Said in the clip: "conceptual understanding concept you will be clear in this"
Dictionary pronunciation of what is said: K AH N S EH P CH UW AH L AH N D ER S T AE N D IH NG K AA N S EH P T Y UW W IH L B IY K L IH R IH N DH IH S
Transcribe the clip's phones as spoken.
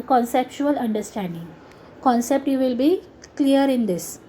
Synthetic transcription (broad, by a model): K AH N S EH P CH UW AH L AH N D ER S T AE N D IH NG K AA N S EH P T Y UW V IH L B IY K L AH R IH N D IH S